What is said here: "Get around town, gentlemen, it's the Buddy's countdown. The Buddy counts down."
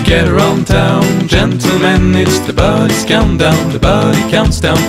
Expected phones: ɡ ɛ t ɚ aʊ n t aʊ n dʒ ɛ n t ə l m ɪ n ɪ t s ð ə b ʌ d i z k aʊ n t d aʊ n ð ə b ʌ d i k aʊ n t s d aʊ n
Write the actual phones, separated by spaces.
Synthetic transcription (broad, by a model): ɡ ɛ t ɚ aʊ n t aʊ n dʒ ɛ n t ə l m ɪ n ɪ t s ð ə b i s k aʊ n d aʊ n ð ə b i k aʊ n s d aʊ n